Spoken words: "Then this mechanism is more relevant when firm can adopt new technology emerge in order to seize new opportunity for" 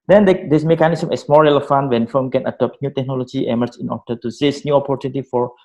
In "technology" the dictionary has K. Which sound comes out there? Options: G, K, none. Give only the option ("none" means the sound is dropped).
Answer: K